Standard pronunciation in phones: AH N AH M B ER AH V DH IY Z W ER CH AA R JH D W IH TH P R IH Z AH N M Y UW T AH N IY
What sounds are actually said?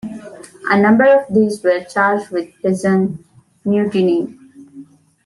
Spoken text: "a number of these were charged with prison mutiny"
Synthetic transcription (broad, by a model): AH N AH M B ER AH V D IY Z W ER CH AA R JH D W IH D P IH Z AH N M Y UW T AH N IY